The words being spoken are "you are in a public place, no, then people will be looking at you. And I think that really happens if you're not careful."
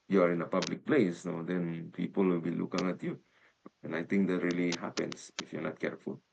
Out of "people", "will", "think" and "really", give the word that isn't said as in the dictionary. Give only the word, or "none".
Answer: think